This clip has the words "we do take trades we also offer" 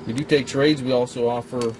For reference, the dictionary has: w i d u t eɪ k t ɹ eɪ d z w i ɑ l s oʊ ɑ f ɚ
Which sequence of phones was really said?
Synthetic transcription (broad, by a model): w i d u t eɪ k t ɹ eɪ d z w i ɑ l s oʊ ɑ f ɚ